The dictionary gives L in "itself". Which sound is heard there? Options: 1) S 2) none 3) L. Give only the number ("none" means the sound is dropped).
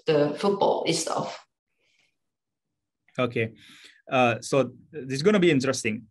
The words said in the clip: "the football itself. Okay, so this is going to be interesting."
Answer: 2